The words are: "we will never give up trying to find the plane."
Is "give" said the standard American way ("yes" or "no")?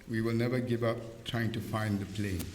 yes